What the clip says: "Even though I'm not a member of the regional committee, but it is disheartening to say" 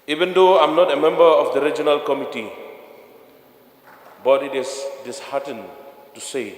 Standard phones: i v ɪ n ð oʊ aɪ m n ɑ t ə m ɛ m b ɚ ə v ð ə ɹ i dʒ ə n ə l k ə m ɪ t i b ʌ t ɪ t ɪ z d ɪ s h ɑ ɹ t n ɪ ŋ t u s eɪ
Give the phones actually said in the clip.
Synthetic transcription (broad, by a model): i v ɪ n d oʊ aɪ m n ɑ t ə m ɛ m b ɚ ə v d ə ɹ i dʒ ə n ə l k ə m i t i b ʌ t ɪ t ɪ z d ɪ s h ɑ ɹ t ɪ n t u s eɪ